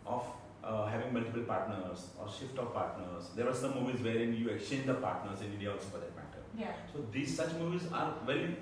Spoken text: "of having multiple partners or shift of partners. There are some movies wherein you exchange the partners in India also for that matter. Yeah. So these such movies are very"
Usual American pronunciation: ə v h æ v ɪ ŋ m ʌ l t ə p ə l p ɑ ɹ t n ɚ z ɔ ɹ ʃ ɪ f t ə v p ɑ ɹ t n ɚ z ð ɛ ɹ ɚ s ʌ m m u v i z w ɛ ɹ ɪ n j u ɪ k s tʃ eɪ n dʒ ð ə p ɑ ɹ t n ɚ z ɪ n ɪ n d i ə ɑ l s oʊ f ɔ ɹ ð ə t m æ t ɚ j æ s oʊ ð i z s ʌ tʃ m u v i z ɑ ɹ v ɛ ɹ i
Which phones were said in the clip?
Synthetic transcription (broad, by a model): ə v h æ v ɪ ŋ m ʌ l t ə p ə l p ɑ ɹ t n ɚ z ɔ ɹ ʃ ɪ f t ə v p ɑ ɹ t n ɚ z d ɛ ɹ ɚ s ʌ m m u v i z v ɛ ɹ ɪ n j u ɪ k s tʃ eɪ n dʒ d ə p ɑ ɹ t n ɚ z ɪ n ɪ n d i ə ɑ l s oʊ f ɔ ɹ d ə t m æ t ɚ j s oʊ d i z s ʌ tʃ m u v i z ɑ ɹ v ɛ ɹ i